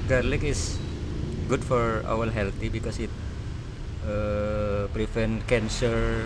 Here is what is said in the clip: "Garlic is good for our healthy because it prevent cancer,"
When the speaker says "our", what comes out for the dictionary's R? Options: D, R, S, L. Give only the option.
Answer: L